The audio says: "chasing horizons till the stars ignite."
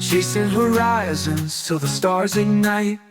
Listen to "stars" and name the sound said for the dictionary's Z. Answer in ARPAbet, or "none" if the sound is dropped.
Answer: Z